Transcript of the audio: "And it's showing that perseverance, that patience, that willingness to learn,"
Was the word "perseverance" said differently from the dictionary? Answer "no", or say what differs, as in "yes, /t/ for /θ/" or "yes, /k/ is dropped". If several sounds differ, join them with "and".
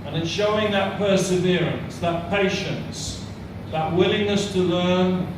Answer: no